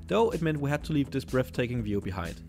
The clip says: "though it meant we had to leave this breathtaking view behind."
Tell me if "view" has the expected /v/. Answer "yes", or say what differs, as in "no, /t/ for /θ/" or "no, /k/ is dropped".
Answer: yes